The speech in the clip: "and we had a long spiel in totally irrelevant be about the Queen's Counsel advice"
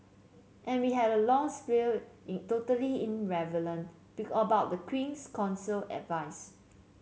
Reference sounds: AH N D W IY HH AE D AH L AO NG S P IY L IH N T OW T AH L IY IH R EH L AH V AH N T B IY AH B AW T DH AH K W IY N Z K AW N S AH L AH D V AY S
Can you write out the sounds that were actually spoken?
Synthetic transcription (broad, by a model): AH N W IY HH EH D AH L AO NG S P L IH L T OW T AH L IY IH R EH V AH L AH N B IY AH B AW T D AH K W IY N S K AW N S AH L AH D V AY S